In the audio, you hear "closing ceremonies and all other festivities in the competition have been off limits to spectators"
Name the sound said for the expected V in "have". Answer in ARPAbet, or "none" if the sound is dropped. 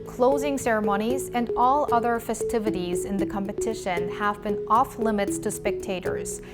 V